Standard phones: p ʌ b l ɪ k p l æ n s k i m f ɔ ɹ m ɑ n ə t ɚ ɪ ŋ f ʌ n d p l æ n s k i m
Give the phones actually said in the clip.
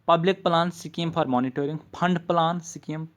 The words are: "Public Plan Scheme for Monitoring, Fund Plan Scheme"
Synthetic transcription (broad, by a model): p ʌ b l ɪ k p l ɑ n s k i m p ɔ ɹ m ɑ n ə t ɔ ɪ ŋ p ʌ n d p l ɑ n s k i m